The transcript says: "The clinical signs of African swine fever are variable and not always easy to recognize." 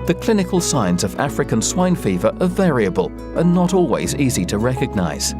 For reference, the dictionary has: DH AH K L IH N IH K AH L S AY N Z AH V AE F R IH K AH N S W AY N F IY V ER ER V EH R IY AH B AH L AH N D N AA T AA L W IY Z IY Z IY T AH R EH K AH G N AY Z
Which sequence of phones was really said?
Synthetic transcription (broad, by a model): DH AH K L IH N IH K AH L S AY N Z AH V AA F R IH K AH N S W AY N F IY V ER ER V EH R IY AH B AH L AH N N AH T AA L W IY Z IY Z IY T AH R EH K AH G N AY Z